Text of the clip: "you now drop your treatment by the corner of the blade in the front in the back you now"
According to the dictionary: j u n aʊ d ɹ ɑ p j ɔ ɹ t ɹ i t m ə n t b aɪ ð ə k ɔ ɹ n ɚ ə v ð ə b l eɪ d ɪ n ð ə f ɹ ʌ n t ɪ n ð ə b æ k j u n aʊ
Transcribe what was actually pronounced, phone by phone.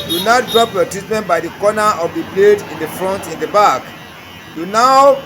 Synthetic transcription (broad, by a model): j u n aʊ d ɹ ɑ p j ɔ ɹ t i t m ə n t b aɪ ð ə k ɔ n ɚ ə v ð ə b l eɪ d ɪ n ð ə f ɹ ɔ n t ɪ n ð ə b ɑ k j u n aʊ